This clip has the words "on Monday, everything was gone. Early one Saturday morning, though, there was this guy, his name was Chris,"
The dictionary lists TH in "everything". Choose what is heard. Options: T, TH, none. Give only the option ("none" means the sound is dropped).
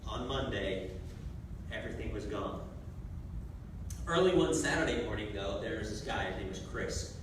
TH